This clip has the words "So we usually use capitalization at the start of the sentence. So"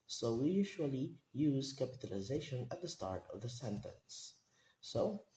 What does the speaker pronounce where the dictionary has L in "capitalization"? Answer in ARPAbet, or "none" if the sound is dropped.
L